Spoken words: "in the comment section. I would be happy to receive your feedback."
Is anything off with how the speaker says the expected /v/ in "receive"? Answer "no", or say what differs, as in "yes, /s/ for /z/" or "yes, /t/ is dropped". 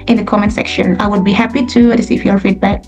yes, /f/ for /v/